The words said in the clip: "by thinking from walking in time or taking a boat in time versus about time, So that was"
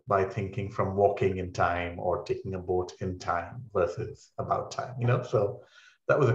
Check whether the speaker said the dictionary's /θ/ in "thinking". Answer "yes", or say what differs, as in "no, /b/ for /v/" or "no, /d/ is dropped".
yes